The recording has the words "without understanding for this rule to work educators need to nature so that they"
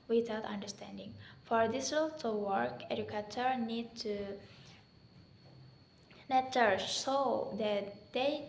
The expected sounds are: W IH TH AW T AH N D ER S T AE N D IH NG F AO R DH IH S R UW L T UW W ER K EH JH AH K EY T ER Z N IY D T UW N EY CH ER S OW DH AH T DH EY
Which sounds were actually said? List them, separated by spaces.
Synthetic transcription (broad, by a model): W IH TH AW T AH N D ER S T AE N D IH NG F AO R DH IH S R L T UW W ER K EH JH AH K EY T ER N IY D T UW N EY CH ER S OW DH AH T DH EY